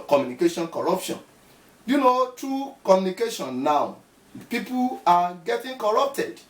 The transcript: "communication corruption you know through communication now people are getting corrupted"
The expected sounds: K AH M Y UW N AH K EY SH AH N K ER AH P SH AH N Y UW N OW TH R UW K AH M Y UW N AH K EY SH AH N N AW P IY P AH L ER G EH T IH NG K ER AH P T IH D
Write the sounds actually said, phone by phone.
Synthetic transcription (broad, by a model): K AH M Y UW N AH K EY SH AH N K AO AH P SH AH N Y UW N OW T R UW K AH M Y UW N AH K EY SH AH N N AW P IY P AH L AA G EH T IH NG K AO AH P T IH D